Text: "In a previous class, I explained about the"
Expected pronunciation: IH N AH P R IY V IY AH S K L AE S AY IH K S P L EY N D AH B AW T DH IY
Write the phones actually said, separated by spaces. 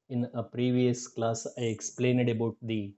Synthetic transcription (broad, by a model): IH N AH P R IY V IY AH S K L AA S AY IH K S P L EY N D AH B AW T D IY